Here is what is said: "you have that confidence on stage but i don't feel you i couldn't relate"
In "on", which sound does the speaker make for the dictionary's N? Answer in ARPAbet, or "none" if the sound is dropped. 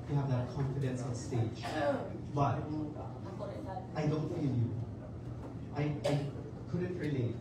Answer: L